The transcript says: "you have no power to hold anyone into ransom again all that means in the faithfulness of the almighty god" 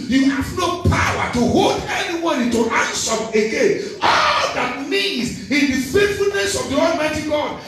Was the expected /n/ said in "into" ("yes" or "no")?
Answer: no